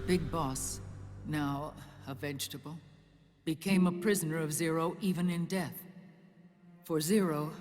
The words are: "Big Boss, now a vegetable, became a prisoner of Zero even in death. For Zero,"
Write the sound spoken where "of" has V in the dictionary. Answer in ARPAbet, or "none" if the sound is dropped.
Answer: V